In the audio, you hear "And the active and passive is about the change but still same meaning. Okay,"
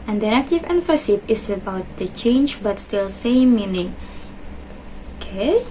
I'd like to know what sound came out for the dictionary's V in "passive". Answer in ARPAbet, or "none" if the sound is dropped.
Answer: P